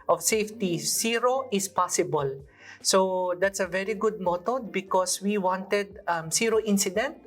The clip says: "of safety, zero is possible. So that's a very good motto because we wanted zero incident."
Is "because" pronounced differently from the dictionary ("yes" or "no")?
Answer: yes